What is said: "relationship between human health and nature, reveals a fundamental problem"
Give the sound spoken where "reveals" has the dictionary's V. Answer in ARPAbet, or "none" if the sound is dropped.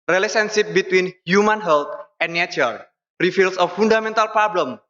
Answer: F